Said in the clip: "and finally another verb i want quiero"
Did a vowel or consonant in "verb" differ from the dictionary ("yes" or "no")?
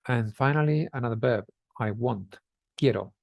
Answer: yes